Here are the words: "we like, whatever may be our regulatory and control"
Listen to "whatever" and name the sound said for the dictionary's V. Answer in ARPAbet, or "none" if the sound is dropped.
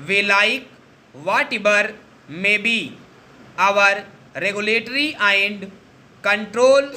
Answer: B